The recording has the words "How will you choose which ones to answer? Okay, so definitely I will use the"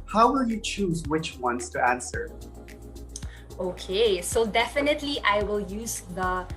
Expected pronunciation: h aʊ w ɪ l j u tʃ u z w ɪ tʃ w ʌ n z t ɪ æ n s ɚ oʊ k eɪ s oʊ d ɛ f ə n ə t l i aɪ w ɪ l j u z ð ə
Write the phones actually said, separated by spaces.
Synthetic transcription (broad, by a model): h aʊ w ɪ l j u tʃ u z w ɪ tʃ w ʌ n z t ɪ æ n s ɚ oʊ k eɪ s oʊ d ɛ f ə n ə t l i aɪ w ɪ l j u z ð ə